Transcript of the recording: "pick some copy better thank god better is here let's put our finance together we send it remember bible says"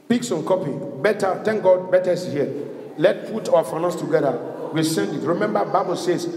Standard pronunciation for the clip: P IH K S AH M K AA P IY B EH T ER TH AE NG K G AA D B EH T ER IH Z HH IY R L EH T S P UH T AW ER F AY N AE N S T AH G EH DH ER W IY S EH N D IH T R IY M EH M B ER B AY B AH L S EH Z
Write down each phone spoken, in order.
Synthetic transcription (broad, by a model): P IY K S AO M K AA P IY B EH T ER T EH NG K G AA D B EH T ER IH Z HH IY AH L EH T P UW T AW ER F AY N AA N S T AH G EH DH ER W IY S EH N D IH T R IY M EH M B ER B AY B AH L S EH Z